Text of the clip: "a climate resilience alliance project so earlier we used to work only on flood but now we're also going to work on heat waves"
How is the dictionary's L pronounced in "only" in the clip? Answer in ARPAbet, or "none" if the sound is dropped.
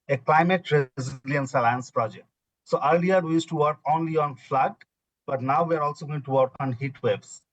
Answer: L